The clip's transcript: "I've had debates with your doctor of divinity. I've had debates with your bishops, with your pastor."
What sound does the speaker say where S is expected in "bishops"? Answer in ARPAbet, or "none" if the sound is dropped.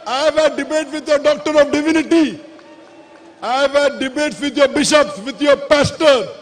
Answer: S